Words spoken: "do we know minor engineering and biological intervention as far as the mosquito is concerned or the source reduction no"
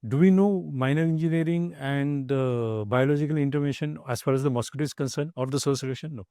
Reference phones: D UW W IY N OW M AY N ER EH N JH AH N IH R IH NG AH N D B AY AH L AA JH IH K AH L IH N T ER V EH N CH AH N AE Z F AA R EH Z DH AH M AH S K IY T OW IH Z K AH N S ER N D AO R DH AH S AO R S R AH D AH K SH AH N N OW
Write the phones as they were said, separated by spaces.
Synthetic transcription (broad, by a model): D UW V IY N OW M AY N ER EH N JH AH N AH R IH NG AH N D B AY AH L AA JH IH K AH L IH N T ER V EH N SH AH N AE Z F AA R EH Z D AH M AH S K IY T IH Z K AH N S ER N D AO R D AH S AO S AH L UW SH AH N N OW